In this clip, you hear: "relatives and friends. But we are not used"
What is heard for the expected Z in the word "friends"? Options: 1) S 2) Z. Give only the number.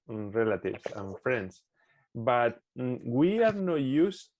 1